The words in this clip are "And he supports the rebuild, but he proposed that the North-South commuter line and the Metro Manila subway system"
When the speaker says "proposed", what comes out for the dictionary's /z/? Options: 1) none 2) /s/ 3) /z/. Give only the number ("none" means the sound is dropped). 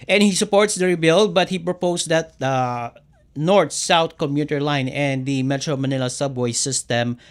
2